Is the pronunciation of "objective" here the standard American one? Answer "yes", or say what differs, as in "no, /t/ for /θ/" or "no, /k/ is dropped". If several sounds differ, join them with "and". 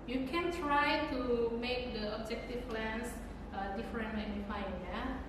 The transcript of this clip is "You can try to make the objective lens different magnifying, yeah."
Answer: no, /p/ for /v/